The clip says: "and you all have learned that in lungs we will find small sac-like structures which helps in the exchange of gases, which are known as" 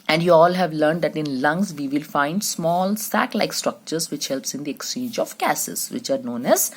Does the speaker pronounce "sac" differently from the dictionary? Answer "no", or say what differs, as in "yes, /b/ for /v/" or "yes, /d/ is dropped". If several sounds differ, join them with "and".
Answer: no